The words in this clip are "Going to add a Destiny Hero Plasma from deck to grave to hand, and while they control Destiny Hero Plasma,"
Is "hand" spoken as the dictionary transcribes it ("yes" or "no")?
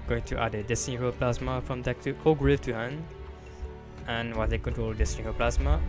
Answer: no